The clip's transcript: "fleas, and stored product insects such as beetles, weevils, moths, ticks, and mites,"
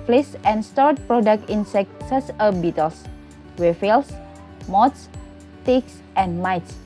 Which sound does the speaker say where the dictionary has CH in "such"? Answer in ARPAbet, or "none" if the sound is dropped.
S